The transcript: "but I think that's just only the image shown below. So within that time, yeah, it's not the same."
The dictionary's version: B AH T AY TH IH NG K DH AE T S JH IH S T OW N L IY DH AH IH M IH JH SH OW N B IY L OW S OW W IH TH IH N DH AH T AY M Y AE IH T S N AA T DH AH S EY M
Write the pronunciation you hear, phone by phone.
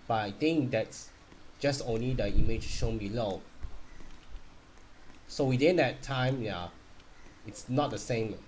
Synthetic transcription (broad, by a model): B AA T AY T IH NG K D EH T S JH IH S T OW N L IY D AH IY M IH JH SH OW N B IY L OW S OW W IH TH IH N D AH T AY M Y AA IH T S N AA T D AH S EY M